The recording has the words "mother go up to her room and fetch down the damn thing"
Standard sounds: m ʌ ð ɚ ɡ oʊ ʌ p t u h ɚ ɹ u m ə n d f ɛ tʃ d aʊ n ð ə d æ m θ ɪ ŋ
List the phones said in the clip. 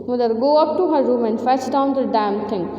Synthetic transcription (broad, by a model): m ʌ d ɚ ɡ oʊ ʌ p t u h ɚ ɹ u m ə n d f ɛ s d aʊ n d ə d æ m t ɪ ŋ